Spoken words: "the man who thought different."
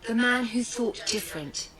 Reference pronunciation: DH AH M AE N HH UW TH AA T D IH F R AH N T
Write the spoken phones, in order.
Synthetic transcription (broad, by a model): DH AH M AE N HH UW TH AA T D IH F R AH N T